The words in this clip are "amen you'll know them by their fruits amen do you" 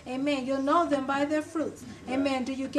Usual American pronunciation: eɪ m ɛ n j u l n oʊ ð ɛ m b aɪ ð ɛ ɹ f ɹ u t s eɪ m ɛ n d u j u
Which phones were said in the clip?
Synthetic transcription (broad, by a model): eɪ m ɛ n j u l n oʊ ð ɛ m b aɪ ð ɛ ɹ f ɹ u t s eɪ m ɛ n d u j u